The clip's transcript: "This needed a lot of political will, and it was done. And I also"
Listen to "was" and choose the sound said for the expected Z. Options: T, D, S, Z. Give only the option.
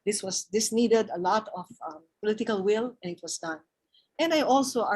S